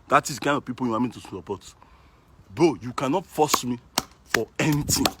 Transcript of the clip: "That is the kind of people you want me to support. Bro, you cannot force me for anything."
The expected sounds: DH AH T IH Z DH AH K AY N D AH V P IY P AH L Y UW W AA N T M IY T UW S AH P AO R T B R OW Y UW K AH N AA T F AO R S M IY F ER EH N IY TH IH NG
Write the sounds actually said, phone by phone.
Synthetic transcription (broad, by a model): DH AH T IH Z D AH K AY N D AH V P IY P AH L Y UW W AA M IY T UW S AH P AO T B OW Y UW K AH N AA T F AO S M IY F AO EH N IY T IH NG